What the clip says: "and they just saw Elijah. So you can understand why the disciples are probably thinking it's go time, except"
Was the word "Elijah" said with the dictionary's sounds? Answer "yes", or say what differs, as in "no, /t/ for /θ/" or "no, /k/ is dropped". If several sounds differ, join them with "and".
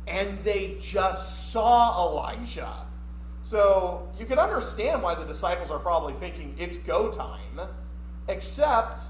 no, /ʒ/ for /dʒ/